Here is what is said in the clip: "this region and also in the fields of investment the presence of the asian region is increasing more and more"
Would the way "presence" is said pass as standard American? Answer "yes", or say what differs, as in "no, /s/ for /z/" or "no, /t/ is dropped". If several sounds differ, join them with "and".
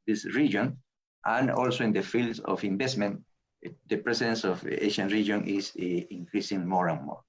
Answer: no, /s/ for /z/